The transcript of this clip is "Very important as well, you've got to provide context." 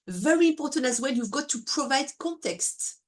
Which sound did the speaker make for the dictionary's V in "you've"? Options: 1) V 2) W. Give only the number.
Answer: 1